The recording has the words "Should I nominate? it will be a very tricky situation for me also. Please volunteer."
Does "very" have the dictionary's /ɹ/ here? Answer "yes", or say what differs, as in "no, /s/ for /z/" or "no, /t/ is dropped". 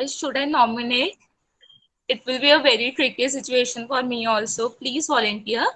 yes